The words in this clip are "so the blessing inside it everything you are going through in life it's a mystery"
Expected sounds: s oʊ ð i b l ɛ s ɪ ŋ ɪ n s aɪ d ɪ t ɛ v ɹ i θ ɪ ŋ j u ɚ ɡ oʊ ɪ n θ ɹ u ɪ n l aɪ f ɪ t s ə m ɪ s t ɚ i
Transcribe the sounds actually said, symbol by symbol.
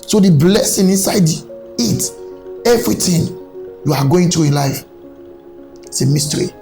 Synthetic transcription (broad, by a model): s oʊ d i b l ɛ s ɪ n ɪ n s aɪ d ɪ t ɛ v ɹ i t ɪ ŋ j u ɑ ɡ oʊ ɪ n t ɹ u ɪ n l aɪ f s ə m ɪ s t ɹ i